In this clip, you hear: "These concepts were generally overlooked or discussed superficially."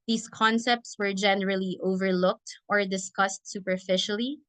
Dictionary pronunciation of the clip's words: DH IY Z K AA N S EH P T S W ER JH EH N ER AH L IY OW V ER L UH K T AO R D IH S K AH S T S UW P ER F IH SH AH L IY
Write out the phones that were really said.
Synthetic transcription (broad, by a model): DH IY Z K AA N S EH P T S W ER JH EH N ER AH L IY OW V ER L UH K T AO R D IH S K AH S T S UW P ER F IH SH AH L IY